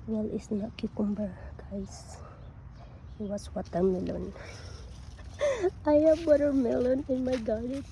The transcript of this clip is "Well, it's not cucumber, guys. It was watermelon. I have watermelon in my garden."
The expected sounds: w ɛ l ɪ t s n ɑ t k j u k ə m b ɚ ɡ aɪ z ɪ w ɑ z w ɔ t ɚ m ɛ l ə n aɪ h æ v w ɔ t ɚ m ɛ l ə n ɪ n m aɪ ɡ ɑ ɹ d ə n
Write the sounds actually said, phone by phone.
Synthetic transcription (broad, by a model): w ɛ l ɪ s n ɑ t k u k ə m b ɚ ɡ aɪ s ɪ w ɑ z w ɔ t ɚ m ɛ l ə n aɪ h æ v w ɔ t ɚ m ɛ l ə n ɪ n m aɪ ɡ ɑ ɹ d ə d